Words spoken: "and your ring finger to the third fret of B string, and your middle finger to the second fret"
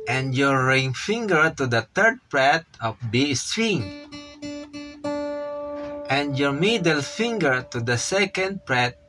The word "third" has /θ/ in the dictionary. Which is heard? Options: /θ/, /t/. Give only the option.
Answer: /t/